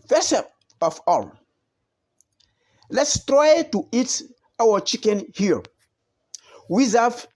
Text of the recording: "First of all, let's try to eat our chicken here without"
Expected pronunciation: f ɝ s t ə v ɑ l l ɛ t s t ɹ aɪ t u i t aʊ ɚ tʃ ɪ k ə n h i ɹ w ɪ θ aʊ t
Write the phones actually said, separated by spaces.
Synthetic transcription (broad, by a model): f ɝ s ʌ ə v ɑ l l ɛ t s t ɹ aɪ t u i t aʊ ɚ tʃ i k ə n h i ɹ w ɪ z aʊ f